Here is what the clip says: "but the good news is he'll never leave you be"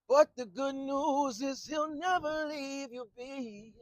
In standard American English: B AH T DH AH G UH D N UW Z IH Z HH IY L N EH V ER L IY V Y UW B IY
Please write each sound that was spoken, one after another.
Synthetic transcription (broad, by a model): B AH T DH AH G UH D N UW Z IH Z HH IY L N EH V ER L IY V Y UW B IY